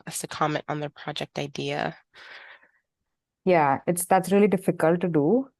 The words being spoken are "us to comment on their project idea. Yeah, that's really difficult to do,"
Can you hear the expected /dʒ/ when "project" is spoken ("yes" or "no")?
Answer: yes